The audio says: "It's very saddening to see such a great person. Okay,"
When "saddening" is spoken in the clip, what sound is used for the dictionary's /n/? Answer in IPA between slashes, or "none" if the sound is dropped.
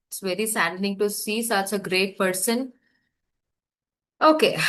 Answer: /l/